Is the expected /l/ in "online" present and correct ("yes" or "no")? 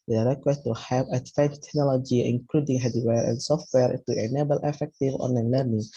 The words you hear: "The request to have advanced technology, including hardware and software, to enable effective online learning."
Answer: no